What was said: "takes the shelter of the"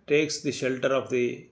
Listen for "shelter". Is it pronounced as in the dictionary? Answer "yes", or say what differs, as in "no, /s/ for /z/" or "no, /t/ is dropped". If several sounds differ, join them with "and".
yes